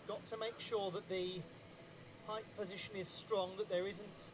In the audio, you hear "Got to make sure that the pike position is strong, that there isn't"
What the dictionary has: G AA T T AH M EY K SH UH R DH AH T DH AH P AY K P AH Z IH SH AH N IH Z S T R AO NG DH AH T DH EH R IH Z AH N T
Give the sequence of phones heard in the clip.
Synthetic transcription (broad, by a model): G AA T T AH M EY K SH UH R DH AH T DH AH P AY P P AH Z IH SH AH N IH Z S T R AO NG DH AH T DH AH R IH Z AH N T